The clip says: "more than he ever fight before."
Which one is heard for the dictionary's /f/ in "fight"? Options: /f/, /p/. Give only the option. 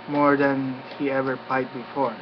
/p/